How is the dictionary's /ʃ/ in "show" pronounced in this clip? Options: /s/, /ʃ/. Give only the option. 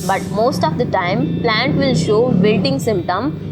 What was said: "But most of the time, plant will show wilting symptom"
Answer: /ʃ/